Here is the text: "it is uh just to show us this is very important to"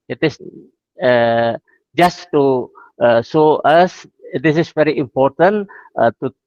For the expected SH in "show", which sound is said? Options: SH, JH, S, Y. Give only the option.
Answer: S